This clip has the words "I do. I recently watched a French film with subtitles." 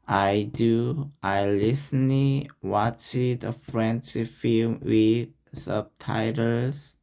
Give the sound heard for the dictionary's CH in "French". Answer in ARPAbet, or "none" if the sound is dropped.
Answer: S